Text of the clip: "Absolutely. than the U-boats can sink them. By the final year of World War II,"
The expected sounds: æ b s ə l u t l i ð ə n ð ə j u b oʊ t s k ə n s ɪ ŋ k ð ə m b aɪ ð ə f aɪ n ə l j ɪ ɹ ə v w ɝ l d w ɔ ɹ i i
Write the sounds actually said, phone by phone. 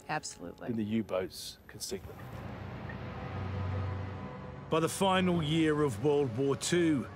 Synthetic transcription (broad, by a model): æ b s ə l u t l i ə n ð ə j u b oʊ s k ə n s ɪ k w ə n b aɪ ð ə f aɪ n ə l j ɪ ɹ ə v w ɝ l d w ɔ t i